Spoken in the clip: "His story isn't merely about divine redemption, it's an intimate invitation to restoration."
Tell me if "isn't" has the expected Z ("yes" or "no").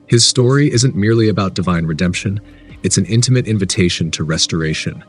yes